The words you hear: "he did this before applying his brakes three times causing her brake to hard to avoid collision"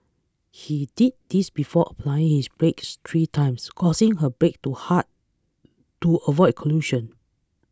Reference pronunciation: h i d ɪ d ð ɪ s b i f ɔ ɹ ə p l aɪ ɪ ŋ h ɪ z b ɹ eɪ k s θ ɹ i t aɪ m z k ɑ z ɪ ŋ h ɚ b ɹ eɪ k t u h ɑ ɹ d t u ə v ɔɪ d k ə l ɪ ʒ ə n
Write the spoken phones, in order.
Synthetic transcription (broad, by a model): h i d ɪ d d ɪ s b i f ɔ ə p l aɪ ɪ ŋ h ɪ s b ɹ eɪ k s t ɹ i t aɪ m s k ɑ s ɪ ŋ h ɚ b ɹ eɪ k t u h ɑ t t u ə v ɔɪ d k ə l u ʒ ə n